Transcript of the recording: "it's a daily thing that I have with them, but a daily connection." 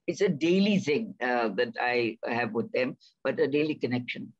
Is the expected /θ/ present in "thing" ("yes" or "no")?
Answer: no